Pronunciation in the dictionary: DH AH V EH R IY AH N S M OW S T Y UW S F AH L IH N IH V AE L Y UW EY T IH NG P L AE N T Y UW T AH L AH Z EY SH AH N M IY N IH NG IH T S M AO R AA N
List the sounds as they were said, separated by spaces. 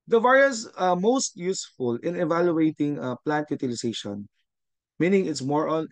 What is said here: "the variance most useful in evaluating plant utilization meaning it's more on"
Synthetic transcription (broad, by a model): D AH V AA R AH S M OW S T Y UW S F AH L IH N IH V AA L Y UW EY T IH NG P L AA N T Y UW T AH L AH S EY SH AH N M IY N IH NG IH T S M AO R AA N